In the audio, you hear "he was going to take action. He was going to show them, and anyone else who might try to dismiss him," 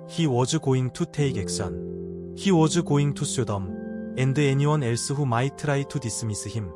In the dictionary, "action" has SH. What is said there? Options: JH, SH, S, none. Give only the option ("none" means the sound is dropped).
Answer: S